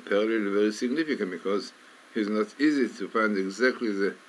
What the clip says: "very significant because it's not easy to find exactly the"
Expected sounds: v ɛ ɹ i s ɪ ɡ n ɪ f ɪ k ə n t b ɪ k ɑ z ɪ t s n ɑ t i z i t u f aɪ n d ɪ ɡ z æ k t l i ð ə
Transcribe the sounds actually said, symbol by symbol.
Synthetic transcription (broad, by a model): v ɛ ɹ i s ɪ ɡ n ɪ f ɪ k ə n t b ɪ k ɑ z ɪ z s n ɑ t i z i t u f aɪ n d ɪ ɡ z æ k t l i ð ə